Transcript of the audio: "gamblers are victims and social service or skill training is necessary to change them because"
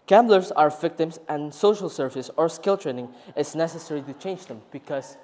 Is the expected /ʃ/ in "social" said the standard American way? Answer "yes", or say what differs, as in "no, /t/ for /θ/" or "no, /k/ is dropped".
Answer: yes